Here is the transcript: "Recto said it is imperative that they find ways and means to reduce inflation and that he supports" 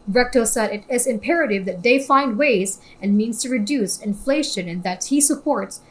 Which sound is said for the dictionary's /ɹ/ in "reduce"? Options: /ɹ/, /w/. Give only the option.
/ɹ/